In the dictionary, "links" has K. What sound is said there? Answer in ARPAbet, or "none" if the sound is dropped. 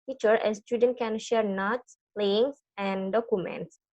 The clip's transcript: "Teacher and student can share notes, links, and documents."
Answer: none